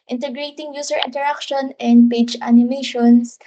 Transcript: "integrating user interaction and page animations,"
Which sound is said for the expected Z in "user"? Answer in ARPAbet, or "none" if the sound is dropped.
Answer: S